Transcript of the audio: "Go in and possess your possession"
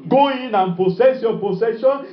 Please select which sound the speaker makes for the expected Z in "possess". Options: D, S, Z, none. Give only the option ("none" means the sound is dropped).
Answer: S